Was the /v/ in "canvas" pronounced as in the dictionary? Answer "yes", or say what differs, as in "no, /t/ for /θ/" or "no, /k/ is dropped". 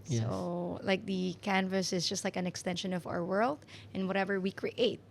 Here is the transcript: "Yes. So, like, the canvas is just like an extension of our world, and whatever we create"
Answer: yes